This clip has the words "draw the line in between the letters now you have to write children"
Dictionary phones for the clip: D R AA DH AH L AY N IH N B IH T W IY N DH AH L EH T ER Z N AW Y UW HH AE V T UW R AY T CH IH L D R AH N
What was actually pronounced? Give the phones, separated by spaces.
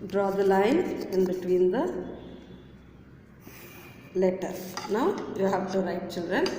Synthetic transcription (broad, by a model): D R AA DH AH L AY N IH N B IH T W IY N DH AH L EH T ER N AW Y UW HH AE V T UW R AY T CH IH L D R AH N